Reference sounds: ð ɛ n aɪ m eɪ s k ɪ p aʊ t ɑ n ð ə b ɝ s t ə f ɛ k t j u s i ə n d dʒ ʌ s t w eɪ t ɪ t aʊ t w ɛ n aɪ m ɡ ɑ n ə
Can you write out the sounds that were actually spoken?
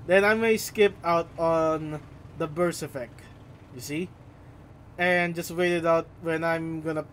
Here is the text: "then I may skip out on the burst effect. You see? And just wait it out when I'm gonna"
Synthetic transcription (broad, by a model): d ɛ n aɪ m eɪ s k ɪ p aʊ t ɑ n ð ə b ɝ s ə f ɛ k t j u s i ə n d dʒ ʌ s t w eɪ t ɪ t aʊ t w ɛ n aɪ m ɡ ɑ n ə